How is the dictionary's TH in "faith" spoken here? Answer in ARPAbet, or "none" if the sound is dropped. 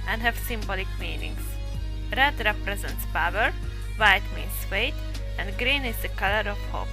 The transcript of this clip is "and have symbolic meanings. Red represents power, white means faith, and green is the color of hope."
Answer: T